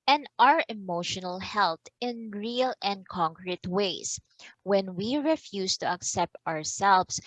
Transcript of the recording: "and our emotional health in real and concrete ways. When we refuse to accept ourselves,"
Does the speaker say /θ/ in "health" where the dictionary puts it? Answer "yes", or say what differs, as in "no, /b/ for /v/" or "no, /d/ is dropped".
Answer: no, /t/ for /θ/